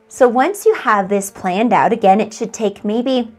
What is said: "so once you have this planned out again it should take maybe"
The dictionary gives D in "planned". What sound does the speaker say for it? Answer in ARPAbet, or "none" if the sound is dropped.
D